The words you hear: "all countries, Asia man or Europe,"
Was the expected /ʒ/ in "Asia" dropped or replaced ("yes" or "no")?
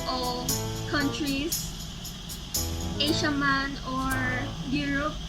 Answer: yes